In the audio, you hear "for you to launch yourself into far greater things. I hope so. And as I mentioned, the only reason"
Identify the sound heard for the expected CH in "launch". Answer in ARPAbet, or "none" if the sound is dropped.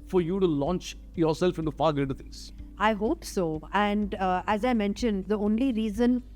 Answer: CH